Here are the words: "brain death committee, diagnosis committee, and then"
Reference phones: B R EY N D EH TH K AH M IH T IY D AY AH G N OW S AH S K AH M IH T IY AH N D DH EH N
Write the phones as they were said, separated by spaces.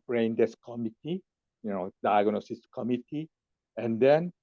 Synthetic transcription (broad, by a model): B R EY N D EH S K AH M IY T IY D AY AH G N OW S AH S K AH M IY T IY AH N D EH N